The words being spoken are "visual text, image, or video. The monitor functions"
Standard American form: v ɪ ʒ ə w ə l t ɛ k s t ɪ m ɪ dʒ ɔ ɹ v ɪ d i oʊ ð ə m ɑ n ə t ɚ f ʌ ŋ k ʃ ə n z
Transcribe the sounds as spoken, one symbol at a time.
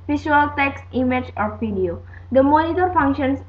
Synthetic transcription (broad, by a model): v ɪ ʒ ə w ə l t ɛ k s t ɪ m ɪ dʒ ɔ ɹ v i d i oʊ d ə m ɑ n ə t ɚ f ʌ ŋ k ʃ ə n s